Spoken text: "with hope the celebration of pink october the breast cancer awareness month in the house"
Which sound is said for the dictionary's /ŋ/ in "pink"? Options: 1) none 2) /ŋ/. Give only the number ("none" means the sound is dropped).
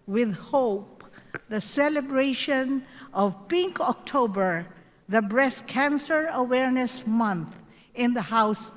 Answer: 2